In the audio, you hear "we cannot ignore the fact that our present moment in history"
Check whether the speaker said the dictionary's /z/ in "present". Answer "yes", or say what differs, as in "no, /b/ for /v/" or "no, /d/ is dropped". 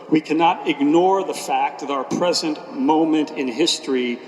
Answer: yes